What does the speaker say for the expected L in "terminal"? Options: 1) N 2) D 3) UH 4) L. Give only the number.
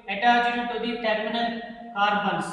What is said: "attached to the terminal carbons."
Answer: 1